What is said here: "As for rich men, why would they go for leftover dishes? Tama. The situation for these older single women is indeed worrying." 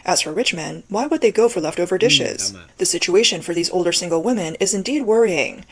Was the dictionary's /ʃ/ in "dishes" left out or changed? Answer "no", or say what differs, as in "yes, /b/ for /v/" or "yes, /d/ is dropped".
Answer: no